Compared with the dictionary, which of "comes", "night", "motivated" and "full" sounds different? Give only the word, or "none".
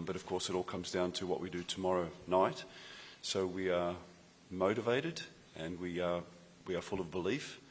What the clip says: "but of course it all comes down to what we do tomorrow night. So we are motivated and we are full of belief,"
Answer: none